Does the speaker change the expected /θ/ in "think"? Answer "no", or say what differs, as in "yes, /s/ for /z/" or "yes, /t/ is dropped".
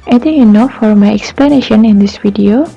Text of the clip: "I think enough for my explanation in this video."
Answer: yes, /t/ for /θ/